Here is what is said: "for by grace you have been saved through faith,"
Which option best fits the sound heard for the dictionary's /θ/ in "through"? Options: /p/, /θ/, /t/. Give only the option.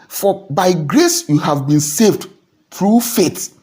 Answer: /t/